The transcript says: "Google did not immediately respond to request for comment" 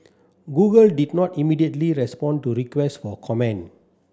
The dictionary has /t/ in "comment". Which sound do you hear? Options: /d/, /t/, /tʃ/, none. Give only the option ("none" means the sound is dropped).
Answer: none